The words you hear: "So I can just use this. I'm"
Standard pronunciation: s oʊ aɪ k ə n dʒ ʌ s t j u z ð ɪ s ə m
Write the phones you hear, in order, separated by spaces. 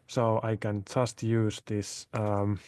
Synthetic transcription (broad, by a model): s oʊ aɪ k ə n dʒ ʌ s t j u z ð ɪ s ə m